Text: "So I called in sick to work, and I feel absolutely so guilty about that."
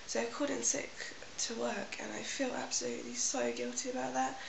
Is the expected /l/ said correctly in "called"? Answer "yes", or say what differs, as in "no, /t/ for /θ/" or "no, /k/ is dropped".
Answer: no, /l/ is dropped